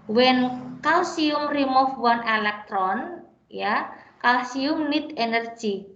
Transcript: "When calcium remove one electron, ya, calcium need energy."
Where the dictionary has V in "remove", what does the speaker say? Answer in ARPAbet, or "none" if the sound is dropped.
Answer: F